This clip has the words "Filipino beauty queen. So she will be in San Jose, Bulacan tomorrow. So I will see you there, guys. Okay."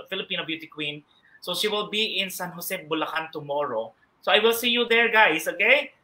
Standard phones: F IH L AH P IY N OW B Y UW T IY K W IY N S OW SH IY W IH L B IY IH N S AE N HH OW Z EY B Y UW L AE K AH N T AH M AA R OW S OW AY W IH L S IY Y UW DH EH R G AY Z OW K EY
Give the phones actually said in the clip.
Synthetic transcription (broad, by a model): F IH L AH P IY N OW B Y UW T IY K W IY N S OW SH IY W IH L B IY IH N S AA N HH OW S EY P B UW L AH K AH N T AH M AA R OW S OW AY W IH L S IY Y UW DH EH R G AY S OW K EY